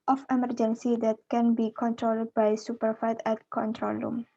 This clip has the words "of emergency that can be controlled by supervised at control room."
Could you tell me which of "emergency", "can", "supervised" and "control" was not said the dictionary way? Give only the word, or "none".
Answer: supervised